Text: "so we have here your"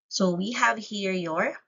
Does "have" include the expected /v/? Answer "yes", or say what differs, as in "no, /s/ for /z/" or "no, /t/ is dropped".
yes